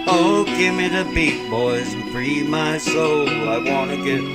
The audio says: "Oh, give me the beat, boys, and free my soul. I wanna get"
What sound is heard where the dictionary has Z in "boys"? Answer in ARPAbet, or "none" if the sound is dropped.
Z